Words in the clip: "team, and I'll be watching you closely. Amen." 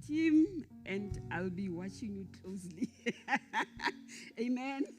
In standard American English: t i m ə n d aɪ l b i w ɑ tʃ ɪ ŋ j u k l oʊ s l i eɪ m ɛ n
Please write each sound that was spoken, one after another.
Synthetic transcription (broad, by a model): t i m ə n d aɪ l b i w ɑ tʃ ɪ ŋ j u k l oʊ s l i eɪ m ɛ n